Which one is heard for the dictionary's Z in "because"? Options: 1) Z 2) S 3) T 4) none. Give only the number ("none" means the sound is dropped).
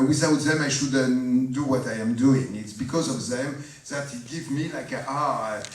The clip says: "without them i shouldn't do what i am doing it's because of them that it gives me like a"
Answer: 1